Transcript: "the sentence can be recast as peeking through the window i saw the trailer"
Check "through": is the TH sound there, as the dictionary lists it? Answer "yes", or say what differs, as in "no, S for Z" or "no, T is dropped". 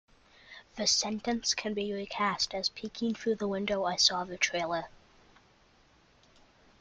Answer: yes